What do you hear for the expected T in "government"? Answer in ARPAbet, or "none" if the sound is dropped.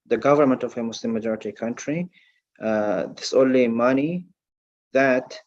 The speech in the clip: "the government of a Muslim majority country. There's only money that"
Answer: T